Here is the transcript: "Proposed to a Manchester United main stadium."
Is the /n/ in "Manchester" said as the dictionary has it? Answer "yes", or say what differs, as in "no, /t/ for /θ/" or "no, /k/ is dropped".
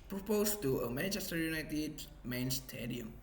no, /n/ is dropped